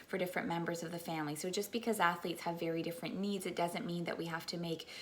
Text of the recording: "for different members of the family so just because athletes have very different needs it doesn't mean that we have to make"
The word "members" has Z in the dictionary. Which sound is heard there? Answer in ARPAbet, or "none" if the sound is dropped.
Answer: Z